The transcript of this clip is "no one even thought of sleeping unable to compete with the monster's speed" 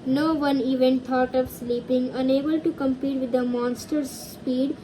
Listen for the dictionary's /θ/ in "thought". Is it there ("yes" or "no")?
no